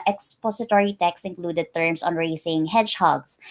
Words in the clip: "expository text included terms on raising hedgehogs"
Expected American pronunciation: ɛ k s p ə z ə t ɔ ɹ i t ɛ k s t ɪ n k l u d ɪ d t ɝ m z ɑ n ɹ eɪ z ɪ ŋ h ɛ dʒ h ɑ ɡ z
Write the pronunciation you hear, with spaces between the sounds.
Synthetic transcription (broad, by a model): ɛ k s p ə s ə t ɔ ɹ i t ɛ k s ɪ n k l u d ɪ d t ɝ m s ɑ n ɹ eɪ s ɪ ŋ h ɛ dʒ h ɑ ɡ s